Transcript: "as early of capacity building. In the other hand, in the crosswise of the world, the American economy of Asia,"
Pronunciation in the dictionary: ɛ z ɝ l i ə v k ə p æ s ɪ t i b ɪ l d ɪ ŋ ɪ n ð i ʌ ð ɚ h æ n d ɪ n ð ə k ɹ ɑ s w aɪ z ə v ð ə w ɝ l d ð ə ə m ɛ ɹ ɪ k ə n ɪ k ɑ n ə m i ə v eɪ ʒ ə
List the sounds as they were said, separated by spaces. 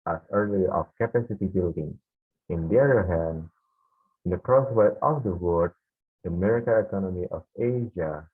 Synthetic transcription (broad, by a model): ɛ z ɝ l i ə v k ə p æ s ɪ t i b ɪ l d ɪ ŋ ɪ n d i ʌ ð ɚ h æ n d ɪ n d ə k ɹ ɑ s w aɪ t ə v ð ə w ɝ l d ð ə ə m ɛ ɹ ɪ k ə ɪ k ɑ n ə m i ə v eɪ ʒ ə